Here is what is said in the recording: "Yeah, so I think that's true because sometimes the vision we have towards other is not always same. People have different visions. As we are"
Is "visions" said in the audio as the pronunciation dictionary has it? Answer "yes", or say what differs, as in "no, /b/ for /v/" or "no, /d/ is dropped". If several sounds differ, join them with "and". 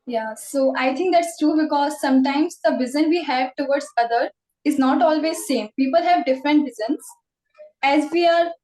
no, /z/ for /ʒ/